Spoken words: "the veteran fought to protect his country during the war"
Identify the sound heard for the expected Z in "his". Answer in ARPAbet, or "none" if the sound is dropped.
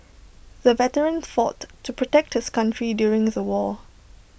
S